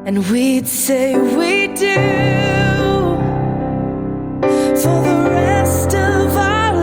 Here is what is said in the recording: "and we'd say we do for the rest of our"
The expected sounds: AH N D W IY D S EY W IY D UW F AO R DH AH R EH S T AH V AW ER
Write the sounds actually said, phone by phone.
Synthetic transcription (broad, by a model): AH N W IY D S EY W IY D UW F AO L DH AH R EH S T AH V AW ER